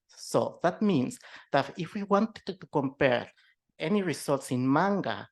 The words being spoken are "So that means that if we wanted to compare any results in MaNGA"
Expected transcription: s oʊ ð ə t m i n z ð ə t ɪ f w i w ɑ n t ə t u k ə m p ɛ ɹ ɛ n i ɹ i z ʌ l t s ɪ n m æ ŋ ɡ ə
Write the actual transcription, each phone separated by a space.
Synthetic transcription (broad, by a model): s oʊ ð ə t m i n s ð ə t ɪ f w i w ɑ n t ə t u k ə m p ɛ ɹ ɛ n i ɹ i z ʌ l t s ɪ n m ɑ ŋ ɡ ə